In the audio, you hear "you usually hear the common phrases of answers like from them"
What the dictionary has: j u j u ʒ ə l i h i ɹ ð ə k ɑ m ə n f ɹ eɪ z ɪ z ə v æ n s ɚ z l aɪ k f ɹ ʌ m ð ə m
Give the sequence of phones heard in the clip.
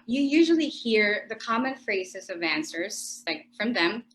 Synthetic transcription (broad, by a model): j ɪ j u ʒ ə l i h i ɹ ð ə k ɑ m ə n f ɹ eɪ z ɪ z ə v æ n s ɚ z l aɪ k f ɹ ʌ m ð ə m